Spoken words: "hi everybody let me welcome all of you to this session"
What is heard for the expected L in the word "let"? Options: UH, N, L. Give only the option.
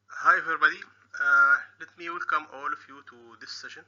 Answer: L